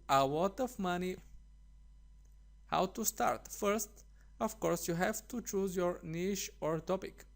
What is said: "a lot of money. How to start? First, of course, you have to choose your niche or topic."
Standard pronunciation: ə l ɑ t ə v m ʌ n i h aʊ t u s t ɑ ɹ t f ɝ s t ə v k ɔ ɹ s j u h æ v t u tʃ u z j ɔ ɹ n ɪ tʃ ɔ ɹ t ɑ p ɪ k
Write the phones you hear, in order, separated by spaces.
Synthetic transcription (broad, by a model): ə w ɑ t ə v m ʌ n i h aʊ t u s t ɑ ɹ t f ɝ s t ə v k ɔ ɹ s j u h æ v t u tʃ u z j ɔ ɹ n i ʃ ɔ ɹ t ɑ p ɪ k